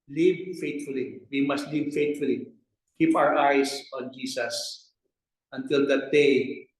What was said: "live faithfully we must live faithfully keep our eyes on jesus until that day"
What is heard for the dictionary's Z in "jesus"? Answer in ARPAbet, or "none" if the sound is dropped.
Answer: S